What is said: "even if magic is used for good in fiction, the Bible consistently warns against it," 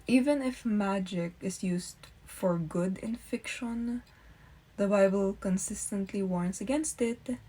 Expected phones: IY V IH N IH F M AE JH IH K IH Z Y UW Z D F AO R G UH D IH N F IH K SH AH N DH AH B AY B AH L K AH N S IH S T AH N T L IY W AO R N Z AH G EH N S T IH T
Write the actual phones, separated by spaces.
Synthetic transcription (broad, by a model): IY V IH N IH F M AE JH IH K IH S Y UW S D F AO R G UH D IH N F IH K SH AH N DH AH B AY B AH L K AH N S IH S T AH N T L IY W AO R N S AH G EH N S T IH T